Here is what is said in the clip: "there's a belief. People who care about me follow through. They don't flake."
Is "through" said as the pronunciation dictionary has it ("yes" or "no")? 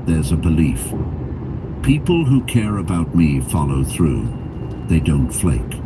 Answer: yes